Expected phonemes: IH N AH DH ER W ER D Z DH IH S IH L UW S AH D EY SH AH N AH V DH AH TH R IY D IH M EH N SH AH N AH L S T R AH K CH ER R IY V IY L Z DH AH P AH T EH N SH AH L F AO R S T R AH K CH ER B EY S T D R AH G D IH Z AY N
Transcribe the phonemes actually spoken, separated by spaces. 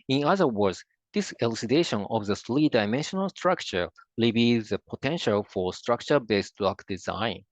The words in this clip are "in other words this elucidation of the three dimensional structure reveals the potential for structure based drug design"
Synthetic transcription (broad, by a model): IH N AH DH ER W ER D Z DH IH S IH L UW S AH D EY SH AH N AH V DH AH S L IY D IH M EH N SH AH N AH L S T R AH K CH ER L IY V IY Z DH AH P AH T EH N SH AH L F AO R S T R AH K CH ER B EY S T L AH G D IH Z AY N